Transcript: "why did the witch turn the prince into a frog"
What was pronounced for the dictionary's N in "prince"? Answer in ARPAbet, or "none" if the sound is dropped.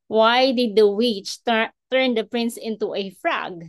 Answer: N